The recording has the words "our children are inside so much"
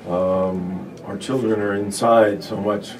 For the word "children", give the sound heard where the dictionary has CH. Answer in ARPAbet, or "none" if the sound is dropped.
CH